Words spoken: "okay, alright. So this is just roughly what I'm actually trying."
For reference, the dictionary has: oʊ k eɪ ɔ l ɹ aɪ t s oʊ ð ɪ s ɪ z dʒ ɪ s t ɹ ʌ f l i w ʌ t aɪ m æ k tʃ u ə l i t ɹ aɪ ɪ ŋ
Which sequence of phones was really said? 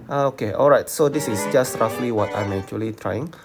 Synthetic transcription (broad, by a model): oʊ k eɪ ɔ l ɹ aɪ t s oʊ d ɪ s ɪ s dʒ ɪ s t ɹ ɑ f l i w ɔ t aɪ m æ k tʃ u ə l i t ɹ aɪ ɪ ŋ